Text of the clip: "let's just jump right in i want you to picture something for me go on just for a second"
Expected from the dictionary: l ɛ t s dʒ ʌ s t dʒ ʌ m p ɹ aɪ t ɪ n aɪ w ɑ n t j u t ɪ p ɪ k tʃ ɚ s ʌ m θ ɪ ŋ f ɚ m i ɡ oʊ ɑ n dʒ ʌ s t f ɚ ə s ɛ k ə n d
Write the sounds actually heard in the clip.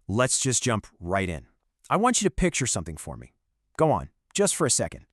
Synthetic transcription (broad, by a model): l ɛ t s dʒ ʌ s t dʒ ʌ m p ɹ aɪ t ɪ n aɪ w ɑ n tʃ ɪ t ɪ p ɪ k tʃ ɚ s ʌ m θ ɪ ŋ f ɚ m i ɡ oʊ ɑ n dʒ ʌ s t f ɚ ə s ɛ k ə n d